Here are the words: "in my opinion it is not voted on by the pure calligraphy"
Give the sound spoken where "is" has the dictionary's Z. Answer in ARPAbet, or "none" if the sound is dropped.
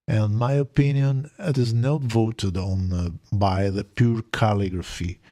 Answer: Z